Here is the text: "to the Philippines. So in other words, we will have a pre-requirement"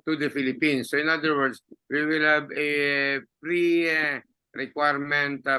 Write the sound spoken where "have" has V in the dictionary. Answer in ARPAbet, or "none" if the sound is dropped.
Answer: B